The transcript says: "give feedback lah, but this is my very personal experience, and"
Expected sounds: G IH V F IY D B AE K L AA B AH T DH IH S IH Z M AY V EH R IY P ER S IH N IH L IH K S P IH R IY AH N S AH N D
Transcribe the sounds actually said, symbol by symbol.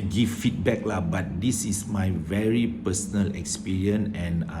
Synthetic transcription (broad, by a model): G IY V F IY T B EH K L AA B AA T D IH S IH S M AY V EH R IY P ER S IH N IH L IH K S P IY R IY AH N AH N